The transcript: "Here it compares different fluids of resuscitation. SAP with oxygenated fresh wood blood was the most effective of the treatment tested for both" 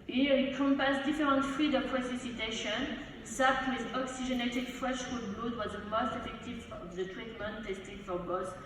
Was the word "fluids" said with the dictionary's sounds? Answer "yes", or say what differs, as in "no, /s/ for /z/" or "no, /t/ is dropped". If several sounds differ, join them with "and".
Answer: no, /z/ is dropped